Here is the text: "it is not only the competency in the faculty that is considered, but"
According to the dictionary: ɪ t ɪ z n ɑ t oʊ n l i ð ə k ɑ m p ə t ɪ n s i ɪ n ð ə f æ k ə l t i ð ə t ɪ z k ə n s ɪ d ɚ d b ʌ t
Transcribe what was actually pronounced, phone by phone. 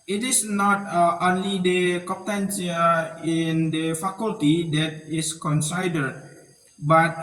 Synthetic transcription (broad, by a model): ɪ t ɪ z n ɑ t oʊ n l i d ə k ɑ p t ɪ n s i ɪ n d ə f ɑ k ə l t i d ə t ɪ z k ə n s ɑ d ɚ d b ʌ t